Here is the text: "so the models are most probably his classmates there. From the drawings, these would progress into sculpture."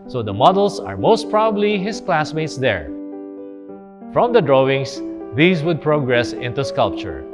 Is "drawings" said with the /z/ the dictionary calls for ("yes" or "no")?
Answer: no